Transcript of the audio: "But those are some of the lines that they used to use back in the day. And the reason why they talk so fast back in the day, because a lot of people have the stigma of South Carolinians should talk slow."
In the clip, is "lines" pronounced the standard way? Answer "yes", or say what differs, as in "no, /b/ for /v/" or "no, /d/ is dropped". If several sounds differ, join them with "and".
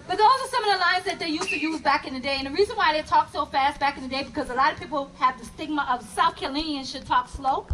yes